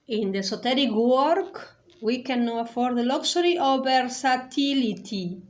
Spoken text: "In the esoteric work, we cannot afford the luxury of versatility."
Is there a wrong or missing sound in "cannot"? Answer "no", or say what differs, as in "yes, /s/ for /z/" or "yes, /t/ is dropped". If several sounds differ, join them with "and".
yes, /t/ is dropped